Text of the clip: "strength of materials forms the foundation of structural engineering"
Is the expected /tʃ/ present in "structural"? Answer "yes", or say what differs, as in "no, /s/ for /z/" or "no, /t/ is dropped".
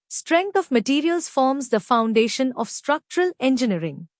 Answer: yes